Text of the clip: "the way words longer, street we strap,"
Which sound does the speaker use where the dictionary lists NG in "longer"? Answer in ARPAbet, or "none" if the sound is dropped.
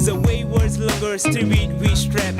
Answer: none